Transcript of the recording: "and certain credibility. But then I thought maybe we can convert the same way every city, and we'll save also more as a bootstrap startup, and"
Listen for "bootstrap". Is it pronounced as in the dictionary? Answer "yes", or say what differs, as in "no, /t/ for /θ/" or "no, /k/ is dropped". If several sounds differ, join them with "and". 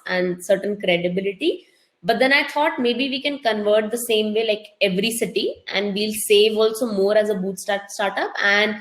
no, /ɹ/ is dropped